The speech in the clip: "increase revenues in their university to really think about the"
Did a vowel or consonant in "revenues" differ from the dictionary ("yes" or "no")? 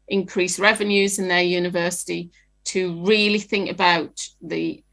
no